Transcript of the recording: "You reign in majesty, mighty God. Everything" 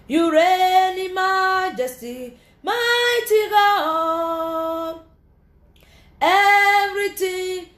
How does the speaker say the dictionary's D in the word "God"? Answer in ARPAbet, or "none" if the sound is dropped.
none